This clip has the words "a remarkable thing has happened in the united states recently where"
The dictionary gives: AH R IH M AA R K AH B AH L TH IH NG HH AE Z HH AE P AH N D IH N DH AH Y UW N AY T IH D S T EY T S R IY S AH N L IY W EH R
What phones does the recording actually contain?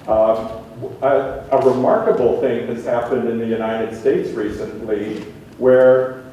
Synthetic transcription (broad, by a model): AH R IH M AA R K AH B L TH IH NG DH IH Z HH AE P AH N D IH N DH AH Y UW N AY T IH D S T EY T S R IY S AH N L IY W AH R